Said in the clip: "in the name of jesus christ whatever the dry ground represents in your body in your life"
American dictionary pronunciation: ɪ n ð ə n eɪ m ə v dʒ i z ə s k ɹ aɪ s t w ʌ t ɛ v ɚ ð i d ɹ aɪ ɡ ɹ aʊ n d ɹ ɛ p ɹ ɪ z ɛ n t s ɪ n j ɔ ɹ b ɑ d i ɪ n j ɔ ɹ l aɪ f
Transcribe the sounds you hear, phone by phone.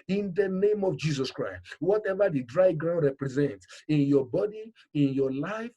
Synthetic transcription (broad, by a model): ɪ n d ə n eɪ m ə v dʒ i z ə s k ɹ aɪ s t w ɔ t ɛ v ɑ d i d ɹ aɪ ɡ ɹ aʊ n d ɹ ɛ p ɹ ɪ z ɛ n t s ɪ n j ɔ b ɑ d i ɪ n j ɔ l aɪ f